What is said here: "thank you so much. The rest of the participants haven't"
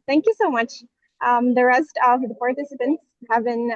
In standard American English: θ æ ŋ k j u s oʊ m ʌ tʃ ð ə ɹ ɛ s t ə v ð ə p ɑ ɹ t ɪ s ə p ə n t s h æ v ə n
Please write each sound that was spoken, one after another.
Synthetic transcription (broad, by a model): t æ ŋ k j u s oʊ m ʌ tʃ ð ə ɹ ɛ s t ə v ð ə p ɑ ɹ t ɪ s ə p ə n t s h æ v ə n